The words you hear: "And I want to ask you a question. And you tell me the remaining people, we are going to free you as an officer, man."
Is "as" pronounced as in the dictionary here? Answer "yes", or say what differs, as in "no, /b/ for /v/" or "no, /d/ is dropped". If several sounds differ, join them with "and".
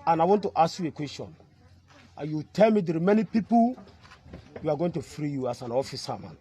no, /s/ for /z/